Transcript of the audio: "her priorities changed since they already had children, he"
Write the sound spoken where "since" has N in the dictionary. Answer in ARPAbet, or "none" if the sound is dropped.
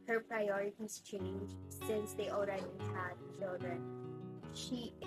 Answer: N